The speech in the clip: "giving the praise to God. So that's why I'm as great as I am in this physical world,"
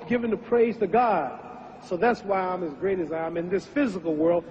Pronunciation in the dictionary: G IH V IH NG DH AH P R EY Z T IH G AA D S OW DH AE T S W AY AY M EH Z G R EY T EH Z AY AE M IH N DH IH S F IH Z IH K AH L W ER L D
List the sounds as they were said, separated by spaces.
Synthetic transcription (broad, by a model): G IH V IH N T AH P R EY Z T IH G AA D S OW DH AE T S W AY AY M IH Z G R EY T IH Z AY M IH N DH IH S F IH Z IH K L W ER L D